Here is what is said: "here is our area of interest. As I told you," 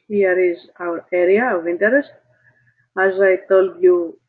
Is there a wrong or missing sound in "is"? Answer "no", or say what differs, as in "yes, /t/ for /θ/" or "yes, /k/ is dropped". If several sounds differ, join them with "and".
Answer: no